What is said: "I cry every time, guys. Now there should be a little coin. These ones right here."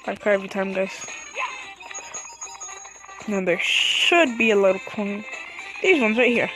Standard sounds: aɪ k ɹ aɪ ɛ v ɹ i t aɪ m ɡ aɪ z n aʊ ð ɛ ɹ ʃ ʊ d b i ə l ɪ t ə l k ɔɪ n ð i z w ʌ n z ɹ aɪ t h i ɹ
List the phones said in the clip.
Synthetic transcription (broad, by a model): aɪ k aɪ ɛ v ɹ i t aɪ m ɡ aɪ z n aʊ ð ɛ ɹ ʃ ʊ d b i ə l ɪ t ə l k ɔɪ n ð i z w ʌ n z ɹ aɪ t h i ɹ